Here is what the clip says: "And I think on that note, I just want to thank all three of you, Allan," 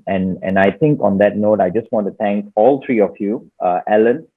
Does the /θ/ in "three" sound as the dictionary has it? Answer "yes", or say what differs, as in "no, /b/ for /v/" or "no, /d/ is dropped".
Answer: no, /t/ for /θ/